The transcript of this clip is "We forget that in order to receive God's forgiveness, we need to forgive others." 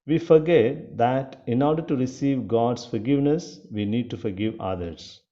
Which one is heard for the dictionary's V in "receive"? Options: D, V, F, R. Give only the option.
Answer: V